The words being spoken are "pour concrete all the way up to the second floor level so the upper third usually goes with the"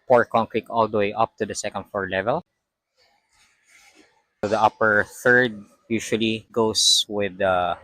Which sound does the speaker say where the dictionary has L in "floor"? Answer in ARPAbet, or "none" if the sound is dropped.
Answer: none